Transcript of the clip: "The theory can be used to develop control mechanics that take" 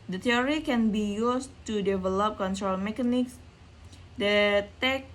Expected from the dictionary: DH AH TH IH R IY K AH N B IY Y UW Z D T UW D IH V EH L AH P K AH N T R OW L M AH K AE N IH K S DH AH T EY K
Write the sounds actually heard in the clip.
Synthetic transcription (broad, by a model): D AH T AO R IY K AH N B IY Y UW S T UW D IH V EH L AH P K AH N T R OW L M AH K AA N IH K S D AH T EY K